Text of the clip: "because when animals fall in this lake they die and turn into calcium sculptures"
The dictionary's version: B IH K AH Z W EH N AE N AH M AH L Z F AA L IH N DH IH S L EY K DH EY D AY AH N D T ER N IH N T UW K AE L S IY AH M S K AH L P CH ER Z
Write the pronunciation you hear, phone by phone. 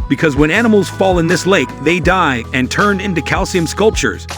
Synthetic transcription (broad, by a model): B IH K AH Z W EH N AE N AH M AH L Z F AA L IH N DH IH S L EY K DH EY D AY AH N T ER N IH N T UW K AE L S IY AH M S K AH L P CH ER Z